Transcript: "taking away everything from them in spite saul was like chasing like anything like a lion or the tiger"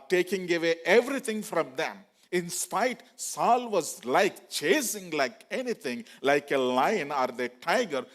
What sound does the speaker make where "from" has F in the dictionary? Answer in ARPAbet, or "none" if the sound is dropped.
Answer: F